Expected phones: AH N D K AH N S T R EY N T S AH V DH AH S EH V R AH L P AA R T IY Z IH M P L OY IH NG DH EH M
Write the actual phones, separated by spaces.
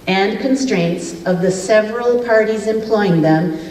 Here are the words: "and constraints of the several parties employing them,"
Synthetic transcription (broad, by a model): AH N K AH N S T R EY N T S AH V DH AH S EH V R AH L P AA R T IY Z IH M P L OY IH NG DH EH M